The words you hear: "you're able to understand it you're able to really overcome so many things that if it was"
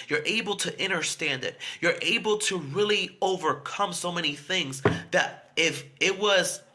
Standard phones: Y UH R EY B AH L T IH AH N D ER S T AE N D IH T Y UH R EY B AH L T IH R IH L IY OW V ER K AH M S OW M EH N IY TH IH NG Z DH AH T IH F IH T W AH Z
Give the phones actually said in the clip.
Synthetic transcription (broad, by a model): Y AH R EY B L T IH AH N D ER S T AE N D IH T Y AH R EY B L T IH R IH L IY OW V ER K AH M S OW M EH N IY TH IH NG Z DH AH T IH F IH T W AH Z